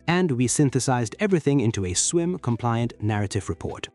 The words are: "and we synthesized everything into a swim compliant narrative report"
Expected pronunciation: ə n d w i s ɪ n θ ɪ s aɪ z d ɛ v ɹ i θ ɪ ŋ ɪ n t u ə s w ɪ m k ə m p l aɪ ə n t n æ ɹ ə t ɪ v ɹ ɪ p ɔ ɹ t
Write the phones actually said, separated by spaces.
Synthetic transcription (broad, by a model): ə n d w i s ɪ n θ ɪ s aɪ z d ɛ v ɹ i θ ɪ ŋ ɪ n t u ə s w ɪ m k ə m p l aɪ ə n n æ ɹ ə t ɪ v ɹ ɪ p ɔ ɹ t